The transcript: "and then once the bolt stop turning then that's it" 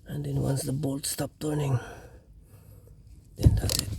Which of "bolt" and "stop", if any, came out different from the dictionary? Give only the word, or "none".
none